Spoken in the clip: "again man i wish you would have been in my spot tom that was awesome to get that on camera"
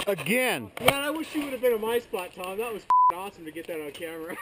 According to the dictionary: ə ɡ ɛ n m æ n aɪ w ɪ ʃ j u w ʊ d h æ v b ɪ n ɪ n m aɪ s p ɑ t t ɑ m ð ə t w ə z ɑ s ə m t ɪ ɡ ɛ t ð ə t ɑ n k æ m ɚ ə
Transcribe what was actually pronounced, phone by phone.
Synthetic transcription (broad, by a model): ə ɡ ɛ n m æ aɪ w ɪ ʃ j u w ʊ d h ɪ v b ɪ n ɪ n m aɪ s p ɑ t t ɑ m ð ə t w ə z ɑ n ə m t ɪ ɡ ɛ t ð ə t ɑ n k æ m ɚ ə